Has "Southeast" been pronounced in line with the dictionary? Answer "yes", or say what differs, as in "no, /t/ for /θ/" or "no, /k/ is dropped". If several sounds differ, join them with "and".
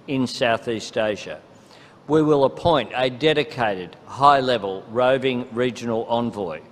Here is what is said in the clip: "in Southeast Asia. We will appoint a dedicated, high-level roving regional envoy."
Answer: yes